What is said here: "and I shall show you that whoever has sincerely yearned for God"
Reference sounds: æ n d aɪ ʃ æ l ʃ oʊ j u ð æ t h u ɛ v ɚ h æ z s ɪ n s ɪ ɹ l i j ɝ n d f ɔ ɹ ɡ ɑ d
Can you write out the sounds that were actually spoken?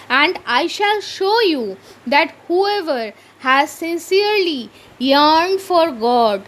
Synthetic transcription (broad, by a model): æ n d aɪ ʃ æ l ʃ oʊ j u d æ t h u ɛ v ɚ h æ z s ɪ n s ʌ ɹ l i j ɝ n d f ɔ ɹ ɡ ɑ d